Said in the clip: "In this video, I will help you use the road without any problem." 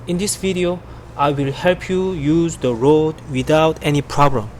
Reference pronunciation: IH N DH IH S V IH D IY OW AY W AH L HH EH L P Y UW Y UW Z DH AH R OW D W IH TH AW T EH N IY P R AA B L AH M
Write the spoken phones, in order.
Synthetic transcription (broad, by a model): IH N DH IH S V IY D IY OW AY W AH L HH EH L P Y UW Y UW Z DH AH R OW D W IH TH AW T EH N IY P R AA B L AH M